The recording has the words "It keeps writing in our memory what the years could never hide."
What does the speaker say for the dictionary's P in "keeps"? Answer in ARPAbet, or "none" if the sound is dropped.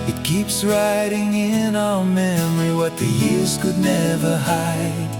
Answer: P